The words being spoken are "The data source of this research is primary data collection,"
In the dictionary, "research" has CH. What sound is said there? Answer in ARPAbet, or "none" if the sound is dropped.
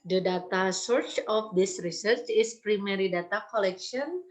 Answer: CH